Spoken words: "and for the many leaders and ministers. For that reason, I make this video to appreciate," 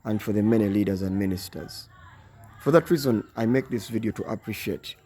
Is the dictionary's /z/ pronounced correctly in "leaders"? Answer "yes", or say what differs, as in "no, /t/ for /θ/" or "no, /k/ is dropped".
yes